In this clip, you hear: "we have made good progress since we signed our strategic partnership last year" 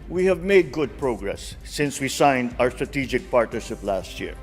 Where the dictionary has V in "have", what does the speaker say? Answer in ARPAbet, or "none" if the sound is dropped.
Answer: V